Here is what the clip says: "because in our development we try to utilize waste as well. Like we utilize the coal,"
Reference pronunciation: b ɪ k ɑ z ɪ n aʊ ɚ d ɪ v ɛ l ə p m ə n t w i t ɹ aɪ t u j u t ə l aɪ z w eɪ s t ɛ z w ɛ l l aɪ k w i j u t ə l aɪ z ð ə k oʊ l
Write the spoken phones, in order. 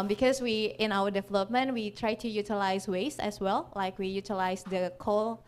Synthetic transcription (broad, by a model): b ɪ k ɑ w ɪ n aʊ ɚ d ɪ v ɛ l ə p m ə n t w i t ɹ aɪ t u j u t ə l aɪ s w eɪ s ɛ s w ɛ l l aɪ k w i j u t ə l aɪ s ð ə k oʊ l